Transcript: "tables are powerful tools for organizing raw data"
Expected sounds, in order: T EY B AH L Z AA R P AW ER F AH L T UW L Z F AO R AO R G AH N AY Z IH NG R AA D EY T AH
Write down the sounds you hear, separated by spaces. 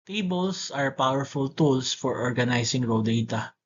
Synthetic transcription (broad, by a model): T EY B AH L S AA R P AW ER F AH L T UW L S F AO R AO R G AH N AY S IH NG R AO D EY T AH